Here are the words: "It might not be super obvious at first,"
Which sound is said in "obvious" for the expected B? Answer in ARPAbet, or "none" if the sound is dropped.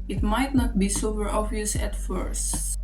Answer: none